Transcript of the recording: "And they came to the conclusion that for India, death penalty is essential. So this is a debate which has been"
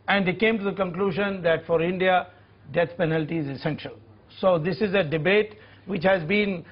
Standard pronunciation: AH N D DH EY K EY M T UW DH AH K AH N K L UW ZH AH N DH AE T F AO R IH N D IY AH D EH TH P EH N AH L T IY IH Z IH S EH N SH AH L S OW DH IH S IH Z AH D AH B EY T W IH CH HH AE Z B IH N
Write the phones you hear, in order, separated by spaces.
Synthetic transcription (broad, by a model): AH N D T K EY M T UW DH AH K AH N K L UW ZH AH N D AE T F AO R IH N D IY AH D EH T P EH N AH L T IY IH Z IH S EH N SH AH L S OW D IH S IH Z AH D AH B EY T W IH CH HH AE Z B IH N